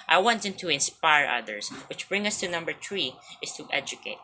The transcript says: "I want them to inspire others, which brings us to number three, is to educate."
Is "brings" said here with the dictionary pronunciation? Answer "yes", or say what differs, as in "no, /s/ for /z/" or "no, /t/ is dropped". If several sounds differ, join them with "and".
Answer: no, /z/ is dropped